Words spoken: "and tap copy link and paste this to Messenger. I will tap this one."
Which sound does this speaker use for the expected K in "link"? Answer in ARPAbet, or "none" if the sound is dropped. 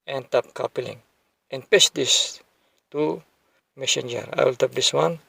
none